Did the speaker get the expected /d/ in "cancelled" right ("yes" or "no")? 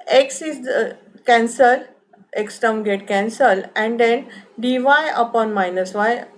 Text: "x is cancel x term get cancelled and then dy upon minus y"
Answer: no